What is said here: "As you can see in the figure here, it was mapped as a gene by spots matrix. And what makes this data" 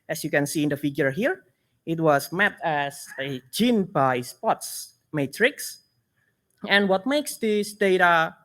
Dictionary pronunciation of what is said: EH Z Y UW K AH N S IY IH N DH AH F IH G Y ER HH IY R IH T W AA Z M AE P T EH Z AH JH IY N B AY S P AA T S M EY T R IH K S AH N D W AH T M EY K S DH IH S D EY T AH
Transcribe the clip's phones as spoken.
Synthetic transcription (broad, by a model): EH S Y UW K AH N S IY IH N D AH F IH G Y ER HH IY R IH T W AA S M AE T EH S AH JH IY N B AY S P AA T S M EY T R IH K S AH N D W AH T M EY K S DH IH S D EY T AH